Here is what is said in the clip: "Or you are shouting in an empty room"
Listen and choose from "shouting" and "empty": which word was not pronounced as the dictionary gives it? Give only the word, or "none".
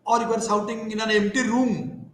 shouting